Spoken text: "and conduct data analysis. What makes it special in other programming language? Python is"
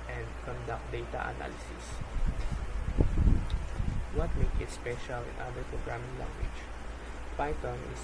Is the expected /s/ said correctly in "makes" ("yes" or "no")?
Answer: no